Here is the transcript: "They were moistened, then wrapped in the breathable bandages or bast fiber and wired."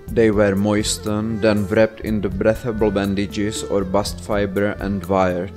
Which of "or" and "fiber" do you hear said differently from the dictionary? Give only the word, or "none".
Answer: none